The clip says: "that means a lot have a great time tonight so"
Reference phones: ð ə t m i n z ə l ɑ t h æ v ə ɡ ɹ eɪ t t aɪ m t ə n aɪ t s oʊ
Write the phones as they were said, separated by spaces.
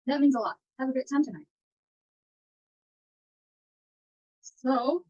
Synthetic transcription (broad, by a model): ð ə t m i n z ə l ɑ t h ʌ v ə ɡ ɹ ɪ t t aɪ m t ə n aɪ t s oʊ